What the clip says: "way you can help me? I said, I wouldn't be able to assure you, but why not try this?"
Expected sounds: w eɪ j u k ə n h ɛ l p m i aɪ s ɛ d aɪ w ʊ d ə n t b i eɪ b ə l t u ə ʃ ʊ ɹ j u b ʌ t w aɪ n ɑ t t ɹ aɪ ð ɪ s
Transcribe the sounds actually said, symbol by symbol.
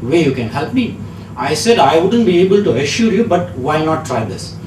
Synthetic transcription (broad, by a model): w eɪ j u k ə n h ɛ l p m i aɪ s ɛ d aɪ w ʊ d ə n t b i eɪ b ə l t u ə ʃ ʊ ɹ j u b ʌ t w aɪ n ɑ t t ɹ aɪ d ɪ s